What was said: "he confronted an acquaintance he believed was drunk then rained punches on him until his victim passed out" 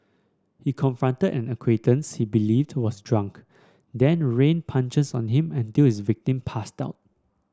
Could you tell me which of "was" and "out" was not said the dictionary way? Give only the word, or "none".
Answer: was